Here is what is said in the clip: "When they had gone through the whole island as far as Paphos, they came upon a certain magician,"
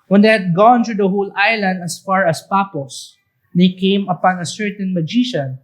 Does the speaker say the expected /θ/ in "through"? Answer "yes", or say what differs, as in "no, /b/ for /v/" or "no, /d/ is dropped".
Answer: no, /t/ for /θ/